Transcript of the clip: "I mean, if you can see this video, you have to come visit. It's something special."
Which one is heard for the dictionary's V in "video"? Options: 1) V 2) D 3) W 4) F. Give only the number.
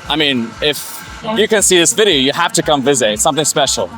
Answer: 1